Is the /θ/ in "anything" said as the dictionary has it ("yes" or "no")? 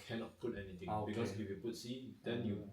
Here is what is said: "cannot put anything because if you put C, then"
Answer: no